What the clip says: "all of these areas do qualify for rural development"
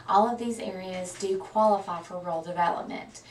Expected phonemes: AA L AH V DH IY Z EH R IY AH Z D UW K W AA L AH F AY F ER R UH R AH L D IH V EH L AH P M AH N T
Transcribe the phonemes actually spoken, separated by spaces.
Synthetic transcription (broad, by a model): AA L AH V DH IY Z EH R IY AH Z D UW K W AA L AH F AY F ER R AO AH L D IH V EH L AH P M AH N T